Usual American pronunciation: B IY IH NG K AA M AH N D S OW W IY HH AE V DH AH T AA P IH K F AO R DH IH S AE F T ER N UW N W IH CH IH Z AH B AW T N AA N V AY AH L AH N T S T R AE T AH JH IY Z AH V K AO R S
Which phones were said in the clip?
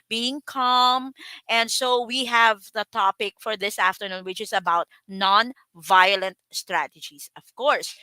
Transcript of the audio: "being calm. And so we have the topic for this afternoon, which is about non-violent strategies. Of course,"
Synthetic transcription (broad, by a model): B IY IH NG K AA M AH N D S OW W IY HH AE V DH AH T AA P IH K F AO R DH IH S AE F T ER N UW N W IH CH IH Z AH B AW T N AA N V AY AH L AH N T S T R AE T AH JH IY S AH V K AO R S